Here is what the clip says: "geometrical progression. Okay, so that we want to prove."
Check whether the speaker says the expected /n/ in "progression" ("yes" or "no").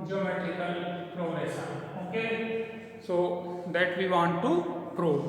no